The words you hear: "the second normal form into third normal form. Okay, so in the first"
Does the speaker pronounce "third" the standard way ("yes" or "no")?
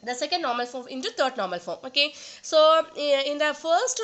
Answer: no